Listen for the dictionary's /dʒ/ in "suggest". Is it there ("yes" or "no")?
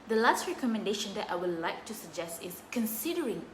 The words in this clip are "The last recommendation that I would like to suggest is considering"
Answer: yes